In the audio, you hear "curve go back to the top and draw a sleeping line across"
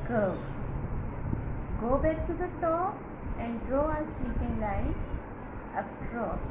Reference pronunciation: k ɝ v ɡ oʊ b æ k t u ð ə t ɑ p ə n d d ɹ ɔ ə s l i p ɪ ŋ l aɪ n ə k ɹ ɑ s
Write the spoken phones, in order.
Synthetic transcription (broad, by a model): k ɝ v ɡ oʊ b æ k t u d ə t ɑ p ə n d d ɹ ɔ ə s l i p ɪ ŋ l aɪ ə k ɹ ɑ s